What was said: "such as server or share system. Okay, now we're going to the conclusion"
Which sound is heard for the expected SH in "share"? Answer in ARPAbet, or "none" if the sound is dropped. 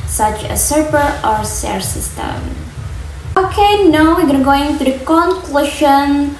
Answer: S